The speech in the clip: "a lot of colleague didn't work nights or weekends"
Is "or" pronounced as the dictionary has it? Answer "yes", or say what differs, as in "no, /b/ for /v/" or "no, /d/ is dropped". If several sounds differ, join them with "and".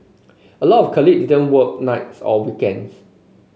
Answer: no, /l/ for /ɹ/